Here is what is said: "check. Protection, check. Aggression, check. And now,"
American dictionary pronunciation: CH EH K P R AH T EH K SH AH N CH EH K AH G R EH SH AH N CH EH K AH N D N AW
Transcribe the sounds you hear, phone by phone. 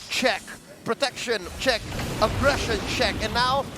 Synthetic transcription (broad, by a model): CH EH K P R AH T EH K SH AH N CH EH K AH G R EH SH AH N CH EH K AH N N AW